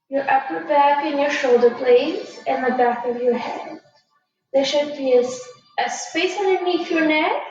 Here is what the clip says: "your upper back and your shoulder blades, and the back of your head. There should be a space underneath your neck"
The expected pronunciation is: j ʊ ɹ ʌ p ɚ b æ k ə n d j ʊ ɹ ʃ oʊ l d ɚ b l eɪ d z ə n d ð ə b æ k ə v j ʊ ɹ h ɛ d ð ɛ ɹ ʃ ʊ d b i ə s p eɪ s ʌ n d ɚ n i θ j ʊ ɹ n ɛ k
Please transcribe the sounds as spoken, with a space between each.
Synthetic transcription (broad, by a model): j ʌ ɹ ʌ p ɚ b æ k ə n j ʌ ɹ ʃ oʊ l d ɚ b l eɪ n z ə n ð ə b æ k ə v j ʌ ɹ h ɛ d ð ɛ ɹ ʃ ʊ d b i ə s p eɪ s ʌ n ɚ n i f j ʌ ɹ n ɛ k